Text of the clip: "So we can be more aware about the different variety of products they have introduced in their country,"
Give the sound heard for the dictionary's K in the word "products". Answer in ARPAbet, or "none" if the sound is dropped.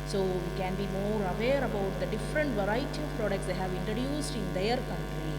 K